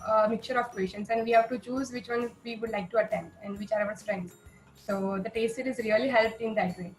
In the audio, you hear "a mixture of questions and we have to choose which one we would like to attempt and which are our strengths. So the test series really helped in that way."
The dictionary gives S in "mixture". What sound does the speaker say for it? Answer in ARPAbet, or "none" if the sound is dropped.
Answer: none